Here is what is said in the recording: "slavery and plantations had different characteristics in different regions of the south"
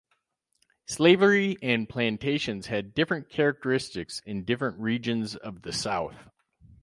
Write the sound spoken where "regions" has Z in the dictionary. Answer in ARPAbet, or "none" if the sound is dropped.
Z